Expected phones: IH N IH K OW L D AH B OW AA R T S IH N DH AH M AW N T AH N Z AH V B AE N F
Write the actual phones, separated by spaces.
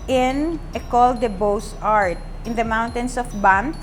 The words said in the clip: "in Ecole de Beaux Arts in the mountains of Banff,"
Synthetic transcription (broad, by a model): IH N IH K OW L D AH B OW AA R T IH N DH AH M AW N T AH N S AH F B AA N